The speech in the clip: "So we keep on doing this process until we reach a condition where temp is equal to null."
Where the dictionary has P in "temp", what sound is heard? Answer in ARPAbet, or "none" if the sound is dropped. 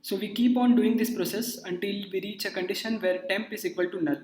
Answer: P